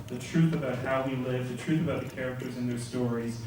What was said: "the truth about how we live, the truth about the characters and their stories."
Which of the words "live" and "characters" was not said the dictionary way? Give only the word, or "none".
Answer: none